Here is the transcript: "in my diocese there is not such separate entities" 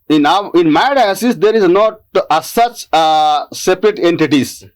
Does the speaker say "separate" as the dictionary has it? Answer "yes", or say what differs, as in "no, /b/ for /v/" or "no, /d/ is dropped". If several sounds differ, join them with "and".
yes